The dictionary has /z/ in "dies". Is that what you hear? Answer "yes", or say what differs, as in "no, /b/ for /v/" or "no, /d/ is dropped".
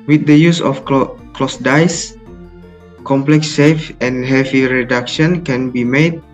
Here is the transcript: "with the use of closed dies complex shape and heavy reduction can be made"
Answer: no, /s/ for /z/